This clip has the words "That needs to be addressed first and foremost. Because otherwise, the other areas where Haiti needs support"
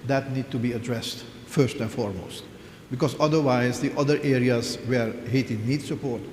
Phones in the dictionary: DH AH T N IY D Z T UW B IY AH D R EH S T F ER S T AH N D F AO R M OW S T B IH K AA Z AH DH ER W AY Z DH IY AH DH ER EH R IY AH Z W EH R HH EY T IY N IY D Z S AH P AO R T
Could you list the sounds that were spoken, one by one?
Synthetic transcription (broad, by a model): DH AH T N IY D T UW B IY AH D R EH S T F ER S T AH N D F AO R M OW S T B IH K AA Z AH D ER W AY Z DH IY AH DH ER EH R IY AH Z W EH R HH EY T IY N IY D S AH P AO R T